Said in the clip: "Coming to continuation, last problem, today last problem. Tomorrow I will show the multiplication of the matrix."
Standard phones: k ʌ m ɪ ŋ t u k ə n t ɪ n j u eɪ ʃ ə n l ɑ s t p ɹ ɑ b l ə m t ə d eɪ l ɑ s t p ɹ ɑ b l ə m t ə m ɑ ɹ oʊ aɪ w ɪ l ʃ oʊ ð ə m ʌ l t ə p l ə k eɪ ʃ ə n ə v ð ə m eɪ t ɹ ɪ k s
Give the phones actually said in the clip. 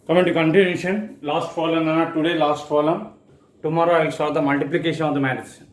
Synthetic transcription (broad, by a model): k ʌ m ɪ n t u k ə n t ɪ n j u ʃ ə n l ɑ s t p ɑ l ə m t ə d eɪ l ɑ s t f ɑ l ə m t ə m ɑ ɹ oʊ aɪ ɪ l s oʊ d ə m ʌ l t ə p l ə k eɪ ʃ ə n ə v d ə m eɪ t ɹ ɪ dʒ